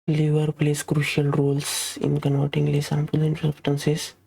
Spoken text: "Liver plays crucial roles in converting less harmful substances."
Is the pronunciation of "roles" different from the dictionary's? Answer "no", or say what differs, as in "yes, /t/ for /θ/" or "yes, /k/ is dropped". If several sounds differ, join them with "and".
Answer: yes, /s/ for /z/